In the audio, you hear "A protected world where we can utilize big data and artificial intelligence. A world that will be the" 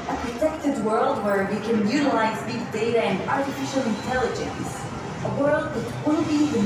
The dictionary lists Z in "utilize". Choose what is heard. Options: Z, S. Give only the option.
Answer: Z